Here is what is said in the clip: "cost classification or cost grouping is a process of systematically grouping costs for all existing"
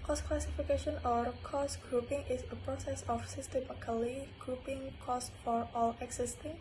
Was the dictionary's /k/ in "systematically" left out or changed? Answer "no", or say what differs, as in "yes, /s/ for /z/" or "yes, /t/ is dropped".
yes, /k/ is dropped